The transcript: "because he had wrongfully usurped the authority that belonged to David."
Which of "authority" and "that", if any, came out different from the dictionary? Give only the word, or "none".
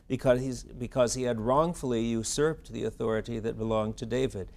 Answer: none